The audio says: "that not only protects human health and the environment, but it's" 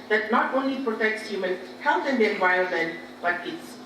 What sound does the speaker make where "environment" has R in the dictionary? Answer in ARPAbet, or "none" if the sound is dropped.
none